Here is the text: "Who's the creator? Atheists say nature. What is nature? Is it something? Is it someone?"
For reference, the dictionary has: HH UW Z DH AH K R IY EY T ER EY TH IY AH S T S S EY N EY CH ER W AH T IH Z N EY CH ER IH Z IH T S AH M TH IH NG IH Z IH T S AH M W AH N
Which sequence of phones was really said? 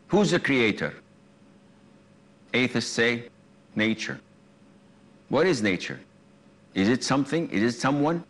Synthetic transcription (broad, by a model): HH UW Z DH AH K R IY EY T ER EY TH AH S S S EY N EY CH ER W AH T IH Z N EY CH ER IH Z IH T S AH M TH IH NG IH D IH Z S AH M W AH N